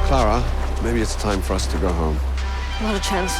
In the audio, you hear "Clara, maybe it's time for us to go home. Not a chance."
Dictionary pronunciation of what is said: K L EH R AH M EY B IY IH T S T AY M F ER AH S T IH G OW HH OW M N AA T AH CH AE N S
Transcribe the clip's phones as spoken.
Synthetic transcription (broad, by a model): K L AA R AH M EY B IY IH T S T AY M F ER AH S T IH G OW HH OW M L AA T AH CH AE N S